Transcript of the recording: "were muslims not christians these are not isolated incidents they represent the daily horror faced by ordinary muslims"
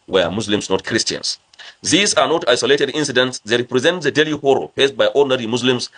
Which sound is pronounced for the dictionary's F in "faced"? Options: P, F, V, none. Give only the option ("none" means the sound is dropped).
P